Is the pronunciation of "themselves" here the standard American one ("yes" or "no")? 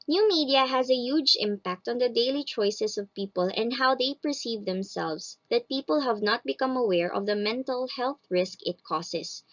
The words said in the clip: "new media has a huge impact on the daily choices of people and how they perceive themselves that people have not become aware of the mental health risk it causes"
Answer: no